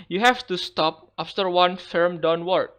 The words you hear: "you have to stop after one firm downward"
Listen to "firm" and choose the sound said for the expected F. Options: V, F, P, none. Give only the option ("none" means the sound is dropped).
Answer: F